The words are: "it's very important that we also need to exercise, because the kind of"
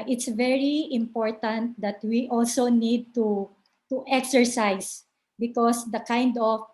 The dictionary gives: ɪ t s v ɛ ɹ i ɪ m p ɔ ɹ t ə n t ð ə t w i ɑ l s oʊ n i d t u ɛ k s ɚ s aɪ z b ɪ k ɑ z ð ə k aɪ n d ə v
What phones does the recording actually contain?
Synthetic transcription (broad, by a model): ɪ t s v ɛ ɹ i ɪ m p ɔ ɹ t ə n t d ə t w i ɑ l s oʊ n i d t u ɛ k s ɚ s aɪ s b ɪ k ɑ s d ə k aɪ n d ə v